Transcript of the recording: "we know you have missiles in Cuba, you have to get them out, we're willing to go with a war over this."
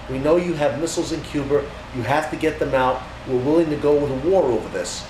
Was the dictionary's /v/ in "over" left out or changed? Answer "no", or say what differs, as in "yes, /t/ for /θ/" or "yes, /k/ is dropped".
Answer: no